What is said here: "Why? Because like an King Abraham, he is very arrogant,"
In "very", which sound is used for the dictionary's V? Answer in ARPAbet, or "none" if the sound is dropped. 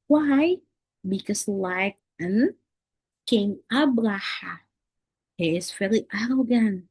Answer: F